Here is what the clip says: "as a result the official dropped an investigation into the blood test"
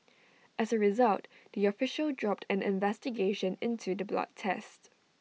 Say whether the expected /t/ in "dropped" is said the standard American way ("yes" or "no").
yes